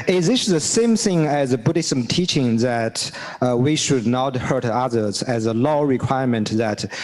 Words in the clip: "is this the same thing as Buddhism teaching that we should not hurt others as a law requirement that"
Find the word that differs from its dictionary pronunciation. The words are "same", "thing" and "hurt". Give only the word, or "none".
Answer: none